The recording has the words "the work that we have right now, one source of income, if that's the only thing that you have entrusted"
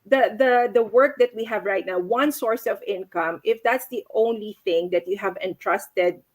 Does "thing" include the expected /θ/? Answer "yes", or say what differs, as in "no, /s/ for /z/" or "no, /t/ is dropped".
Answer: yes